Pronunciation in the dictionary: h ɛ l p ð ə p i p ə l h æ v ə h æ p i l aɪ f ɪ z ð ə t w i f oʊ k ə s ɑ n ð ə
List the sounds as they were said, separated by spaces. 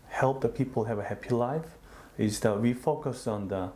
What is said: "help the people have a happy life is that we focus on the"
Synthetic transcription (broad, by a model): h ɛ l p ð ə p i p ə l h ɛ v ə h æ p i l aɪ f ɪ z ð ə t w i f oʊ k ə s ɑ n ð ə